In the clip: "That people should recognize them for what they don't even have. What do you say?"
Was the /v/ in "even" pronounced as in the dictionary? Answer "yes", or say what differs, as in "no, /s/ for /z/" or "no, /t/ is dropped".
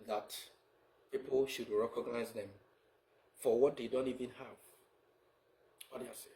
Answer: yes